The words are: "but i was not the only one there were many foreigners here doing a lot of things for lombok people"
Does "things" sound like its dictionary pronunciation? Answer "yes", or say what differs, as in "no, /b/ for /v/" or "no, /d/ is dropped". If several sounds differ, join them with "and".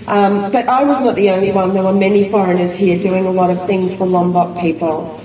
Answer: yes